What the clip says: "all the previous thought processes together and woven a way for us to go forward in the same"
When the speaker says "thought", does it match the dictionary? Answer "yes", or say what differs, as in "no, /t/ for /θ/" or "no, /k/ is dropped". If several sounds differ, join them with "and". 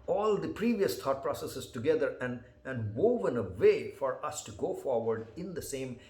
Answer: no, /t/ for /θ/